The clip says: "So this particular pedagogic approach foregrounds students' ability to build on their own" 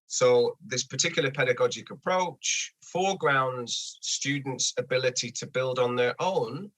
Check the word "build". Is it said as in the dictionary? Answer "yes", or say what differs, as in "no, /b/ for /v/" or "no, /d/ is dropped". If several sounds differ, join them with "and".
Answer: yes